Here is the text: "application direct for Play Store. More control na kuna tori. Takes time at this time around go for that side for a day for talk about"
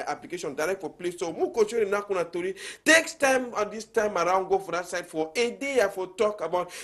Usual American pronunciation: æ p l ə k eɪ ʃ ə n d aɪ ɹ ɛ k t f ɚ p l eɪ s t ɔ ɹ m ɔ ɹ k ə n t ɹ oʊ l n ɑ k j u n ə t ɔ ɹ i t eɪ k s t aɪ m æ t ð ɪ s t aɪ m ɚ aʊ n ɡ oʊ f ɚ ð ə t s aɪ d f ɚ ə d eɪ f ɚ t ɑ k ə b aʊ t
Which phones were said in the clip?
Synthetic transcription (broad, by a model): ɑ p l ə k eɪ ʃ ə n d aɪ ɹ ɛ k t f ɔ p l eɪ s s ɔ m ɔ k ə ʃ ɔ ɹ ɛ n ɑ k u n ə t ɔ ɹ i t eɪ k s t aɪ m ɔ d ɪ s t aɪ m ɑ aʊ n ɡ oʊ f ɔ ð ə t s aɪ d f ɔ ə d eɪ f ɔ t ɑ k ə b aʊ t